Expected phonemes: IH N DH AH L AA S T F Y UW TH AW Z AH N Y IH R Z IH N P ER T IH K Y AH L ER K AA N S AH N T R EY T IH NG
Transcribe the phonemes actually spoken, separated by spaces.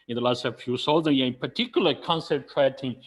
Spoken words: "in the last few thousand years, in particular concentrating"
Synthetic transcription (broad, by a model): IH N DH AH L AA S T F Y UW S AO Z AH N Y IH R IH N P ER T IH K Y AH L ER K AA N S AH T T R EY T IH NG